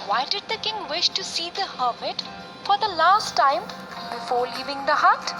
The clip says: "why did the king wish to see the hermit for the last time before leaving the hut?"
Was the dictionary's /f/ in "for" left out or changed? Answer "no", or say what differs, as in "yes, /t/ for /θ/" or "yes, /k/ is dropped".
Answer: no